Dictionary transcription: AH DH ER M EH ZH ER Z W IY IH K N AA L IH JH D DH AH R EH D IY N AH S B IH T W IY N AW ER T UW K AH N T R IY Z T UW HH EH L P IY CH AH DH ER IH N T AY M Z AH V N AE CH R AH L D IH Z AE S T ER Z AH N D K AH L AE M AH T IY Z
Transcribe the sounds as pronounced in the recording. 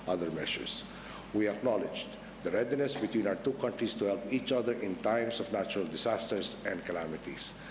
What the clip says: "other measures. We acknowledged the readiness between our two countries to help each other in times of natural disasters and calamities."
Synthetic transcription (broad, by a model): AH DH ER M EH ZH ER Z W IY IH K N AA L IH JH D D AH R EH D IY N AH S B IH T W IY N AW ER T UW K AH N T R IY S T UW HH EH L P IY CH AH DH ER IH N T AY M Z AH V N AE CH R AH L D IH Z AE S T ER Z AH N D K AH L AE M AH T IY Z